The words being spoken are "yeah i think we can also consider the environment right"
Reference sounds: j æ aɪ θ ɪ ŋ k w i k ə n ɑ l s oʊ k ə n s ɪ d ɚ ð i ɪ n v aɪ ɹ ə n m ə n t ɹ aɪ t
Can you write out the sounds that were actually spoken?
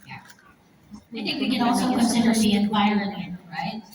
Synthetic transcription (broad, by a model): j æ aɪ θ ɪ ŋ k w i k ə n ɑ l s oʊ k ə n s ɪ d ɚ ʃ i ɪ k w aɪ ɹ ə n ə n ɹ aɪ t